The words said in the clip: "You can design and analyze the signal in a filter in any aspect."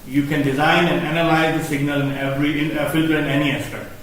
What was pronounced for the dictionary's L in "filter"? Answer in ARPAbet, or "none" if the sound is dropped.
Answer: L